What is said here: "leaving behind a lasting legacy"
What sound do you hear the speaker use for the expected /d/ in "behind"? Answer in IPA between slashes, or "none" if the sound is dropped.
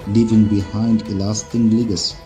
/d/